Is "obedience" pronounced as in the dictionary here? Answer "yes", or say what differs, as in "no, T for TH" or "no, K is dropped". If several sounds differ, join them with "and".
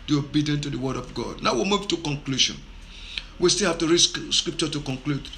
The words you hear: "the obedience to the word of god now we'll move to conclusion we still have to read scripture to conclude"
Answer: no, S is dropped